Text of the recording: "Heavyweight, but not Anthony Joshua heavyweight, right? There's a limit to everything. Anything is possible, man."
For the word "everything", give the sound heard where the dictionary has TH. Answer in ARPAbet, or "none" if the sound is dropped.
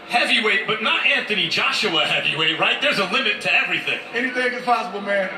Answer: TH